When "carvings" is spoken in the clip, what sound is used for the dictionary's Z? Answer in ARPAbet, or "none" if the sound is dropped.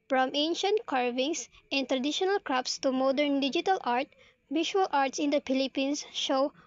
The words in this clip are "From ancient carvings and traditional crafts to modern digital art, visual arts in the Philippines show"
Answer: S